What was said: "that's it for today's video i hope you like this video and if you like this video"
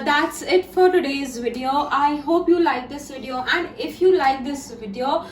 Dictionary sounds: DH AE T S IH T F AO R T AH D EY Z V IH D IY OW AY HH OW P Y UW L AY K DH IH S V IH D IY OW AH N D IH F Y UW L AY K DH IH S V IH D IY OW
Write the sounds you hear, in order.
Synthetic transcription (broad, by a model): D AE T S IH T F AO R T AH D EY Z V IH D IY OW AY HH OW P Y UW L AY K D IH S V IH D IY OW AH N D IH F Y UW L AY K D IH S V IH D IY OW